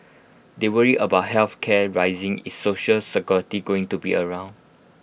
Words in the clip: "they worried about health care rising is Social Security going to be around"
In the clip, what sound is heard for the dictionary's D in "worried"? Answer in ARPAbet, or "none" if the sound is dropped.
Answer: none